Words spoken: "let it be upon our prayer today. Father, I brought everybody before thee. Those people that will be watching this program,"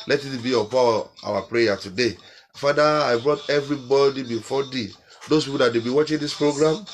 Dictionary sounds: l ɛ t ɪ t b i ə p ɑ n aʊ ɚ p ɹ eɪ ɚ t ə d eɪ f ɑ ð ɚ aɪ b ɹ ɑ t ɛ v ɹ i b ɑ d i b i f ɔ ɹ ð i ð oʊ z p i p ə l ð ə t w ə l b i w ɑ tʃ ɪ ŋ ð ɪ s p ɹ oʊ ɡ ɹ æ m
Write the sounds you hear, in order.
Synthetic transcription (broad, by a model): l ɛ t ɪ t b i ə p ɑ aʊ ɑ p ɹ eɪ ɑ t ə d eɪ f ɑ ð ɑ aɪ b ɹ ɑ t ɛ v ɹ i b ɑ d i b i f ɔ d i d oʊ s p i p ə l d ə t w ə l b i w ɑ tʃ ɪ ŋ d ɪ s p ɹ oʊ ɡ ɹ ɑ m